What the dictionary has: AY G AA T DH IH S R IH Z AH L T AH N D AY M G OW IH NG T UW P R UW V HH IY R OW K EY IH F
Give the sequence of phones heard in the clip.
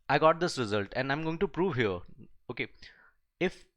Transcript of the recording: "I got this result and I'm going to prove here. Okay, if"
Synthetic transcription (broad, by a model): AY G AA T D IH S R IH Z AH L T AH N D AY M G OW IH NG T UW P R UW V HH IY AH OW K EY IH F